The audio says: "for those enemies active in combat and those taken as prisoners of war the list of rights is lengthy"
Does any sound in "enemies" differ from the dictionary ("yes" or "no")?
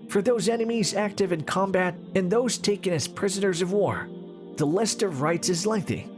no